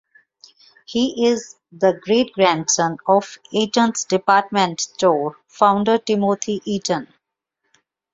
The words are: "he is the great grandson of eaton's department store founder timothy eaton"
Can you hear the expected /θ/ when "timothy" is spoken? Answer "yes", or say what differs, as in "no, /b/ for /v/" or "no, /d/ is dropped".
no, /t/ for /θ/